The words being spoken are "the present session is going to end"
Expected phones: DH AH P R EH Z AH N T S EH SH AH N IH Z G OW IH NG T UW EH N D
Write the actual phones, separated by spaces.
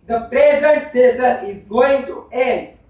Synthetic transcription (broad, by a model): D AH P R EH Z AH N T S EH S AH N IH Z G OW IH NG T UW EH N D